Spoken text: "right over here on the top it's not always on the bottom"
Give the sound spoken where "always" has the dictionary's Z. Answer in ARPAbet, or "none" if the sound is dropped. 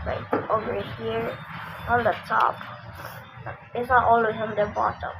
none